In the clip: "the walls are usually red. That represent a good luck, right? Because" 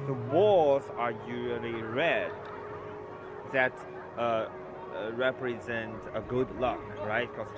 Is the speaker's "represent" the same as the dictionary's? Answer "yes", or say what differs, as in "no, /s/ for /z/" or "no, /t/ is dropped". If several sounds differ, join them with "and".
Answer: yes